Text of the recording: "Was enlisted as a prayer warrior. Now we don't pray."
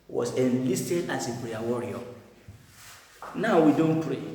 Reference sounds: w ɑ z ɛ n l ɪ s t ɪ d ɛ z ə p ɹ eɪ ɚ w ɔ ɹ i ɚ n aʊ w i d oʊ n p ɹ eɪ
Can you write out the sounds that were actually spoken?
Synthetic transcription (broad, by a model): w ɑ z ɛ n l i s t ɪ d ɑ s ə b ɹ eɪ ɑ w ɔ ɹ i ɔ n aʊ w i d oʊ n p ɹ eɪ